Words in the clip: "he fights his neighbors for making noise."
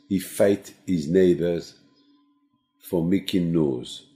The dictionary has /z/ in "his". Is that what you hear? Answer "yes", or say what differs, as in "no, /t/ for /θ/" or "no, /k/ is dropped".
yes